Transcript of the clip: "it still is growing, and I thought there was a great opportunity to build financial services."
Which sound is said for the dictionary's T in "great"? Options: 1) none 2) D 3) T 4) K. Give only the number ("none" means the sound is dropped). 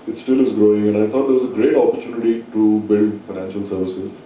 3